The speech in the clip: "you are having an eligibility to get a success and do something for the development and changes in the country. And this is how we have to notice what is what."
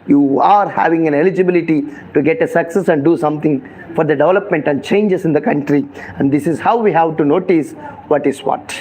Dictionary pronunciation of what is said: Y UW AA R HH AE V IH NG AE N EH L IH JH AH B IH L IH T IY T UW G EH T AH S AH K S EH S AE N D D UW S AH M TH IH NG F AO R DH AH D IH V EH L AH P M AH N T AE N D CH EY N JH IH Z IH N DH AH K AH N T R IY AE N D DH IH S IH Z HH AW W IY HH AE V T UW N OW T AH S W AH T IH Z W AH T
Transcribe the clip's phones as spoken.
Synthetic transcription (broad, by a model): Y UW AA R HH AE V IH NG AE N EH L IH JH AH B IH L IH T IY T UW G EH T AH S AH K S EH S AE N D D UW S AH M T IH NG F AO R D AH D IH V EH L AH P M AH N T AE N D CH EY N JH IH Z IH N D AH K AH N T R IY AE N D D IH S IH Z HH AW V IY HH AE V T UW N OW T AH S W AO T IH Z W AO T